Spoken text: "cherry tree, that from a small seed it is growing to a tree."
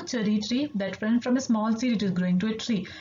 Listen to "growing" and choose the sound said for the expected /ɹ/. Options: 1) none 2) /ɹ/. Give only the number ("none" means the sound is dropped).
2